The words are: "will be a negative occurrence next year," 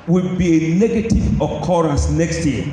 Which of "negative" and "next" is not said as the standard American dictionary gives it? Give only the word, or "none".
none